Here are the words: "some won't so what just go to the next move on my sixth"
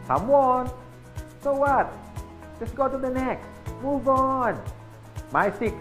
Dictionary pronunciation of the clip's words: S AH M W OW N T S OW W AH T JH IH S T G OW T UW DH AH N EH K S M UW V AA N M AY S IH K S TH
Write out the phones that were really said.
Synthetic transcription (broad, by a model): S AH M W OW N S OW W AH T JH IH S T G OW T UW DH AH N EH K M UW V AA N M AY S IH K